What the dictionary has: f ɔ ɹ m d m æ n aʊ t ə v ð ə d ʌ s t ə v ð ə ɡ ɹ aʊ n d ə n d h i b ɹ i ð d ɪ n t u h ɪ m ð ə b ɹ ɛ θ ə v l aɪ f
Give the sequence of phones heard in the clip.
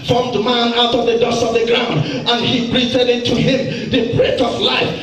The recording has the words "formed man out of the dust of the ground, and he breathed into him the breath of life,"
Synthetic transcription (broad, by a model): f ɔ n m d m æ n aʊ t ə v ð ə d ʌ s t ə v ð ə ɡ ɹ aʊ n d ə n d h i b ɹ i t d ɪ n t u h ɪ m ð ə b ɹ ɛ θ ə v l aɪ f